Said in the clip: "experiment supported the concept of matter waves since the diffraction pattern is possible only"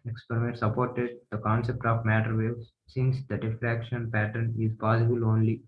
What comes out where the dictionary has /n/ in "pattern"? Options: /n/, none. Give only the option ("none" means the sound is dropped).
/n/